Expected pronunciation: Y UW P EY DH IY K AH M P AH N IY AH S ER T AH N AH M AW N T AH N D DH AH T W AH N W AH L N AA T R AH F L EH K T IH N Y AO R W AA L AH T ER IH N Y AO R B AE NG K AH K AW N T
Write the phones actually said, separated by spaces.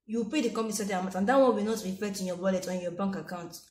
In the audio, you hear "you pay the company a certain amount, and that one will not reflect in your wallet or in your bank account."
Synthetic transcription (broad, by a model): Y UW P EY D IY K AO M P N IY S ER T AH AH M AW T AH N D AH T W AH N W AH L N AA T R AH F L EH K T IH N Y AO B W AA L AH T IH N Y AO B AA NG K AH K AW N T